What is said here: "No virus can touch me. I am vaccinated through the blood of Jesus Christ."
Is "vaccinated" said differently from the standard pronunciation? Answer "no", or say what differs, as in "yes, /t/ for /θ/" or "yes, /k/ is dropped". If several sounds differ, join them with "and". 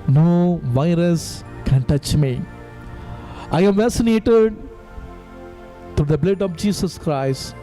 yes, /k/ is dropped